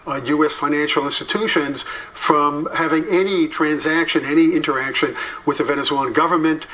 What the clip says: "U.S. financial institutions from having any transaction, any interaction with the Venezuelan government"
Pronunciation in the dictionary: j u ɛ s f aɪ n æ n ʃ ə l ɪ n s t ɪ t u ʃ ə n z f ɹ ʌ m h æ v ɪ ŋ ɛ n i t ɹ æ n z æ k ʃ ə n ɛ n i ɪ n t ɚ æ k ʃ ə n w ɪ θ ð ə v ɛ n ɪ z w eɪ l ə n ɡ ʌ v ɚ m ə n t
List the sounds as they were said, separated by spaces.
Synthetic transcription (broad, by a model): j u ɛ s f aɪ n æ n ʃ l ɪ n s t ɪ t u ʃ ə n z f ɹ ʌ m h æ v ɪ ŋ ɛ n i t ɹ æ n z æ k ʃ ə n ɛ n i ɪ n t ɚ æ k ʃ ə n w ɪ ð ə v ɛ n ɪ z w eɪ l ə n ɡ ʌ v ɚ m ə n t